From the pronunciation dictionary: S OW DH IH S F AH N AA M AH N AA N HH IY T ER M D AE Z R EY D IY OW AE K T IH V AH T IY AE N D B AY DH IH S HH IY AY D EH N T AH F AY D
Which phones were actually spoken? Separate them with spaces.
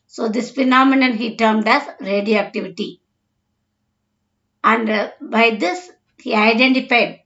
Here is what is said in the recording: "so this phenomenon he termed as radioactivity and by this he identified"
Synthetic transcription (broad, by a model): S OW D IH S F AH N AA M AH N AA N HH IY T ER M D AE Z R EY D IY OW AE K T IH V AH T IY AE N D B AY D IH S HH IY AY D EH N T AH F AY D